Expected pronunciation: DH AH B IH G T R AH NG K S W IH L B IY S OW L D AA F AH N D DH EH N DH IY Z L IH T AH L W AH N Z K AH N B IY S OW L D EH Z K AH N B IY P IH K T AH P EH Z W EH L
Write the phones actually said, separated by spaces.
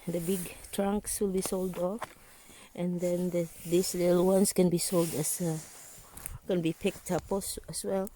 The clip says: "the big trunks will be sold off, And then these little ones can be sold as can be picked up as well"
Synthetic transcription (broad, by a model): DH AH B IH G T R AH NG K S W IH L B IY S OW L D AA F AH N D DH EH N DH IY S L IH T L W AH N S K AH N B IY S OW L D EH S K AH N B IY P IH K T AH P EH S W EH L